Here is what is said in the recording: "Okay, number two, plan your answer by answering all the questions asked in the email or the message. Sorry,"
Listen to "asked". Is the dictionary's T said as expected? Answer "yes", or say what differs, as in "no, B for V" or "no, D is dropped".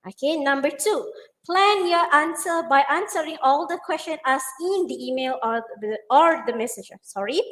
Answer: no, T is dropped